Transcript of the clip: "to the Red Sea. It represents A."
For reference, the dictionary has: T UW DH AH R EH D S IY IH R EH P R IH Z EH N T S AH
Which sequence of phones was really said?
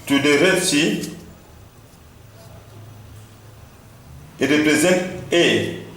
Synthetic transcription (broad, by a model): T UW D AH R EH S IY IH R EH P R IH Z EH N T AH